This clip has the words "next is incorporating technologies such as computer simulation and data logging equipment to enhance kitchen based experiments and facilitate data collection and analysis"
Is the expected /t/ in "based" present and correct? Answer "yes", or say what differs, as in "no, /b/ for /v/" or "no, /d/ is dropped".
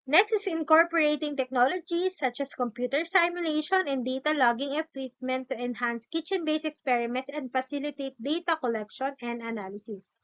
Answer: no, /t/ is dropped